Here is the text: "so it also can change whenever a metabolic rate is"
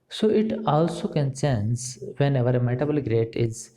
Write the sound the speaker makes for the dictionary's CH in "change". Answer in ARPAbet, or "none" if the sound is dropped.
S